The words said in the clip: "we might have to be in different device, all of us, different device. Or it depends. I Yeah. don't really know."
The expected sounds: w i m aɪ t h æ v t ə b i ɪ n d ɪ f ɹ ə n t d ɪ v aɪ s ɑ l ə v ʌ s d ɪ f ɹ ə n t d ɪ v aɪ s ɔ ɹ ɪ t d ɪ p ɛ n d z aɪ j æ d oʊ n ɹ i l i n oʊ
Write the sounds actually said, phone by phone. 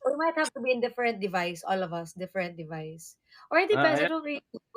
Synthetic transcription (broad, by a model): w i m aɪ t h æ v t ə b i ɪ n d ɪ f ɹ ə n t d ɪ v aɪ s ɑ l ə v ʌ s d ɪ f ɹ ə n t d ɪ v aɪ s ɔ ɹ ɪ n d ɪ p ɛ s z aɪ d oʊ l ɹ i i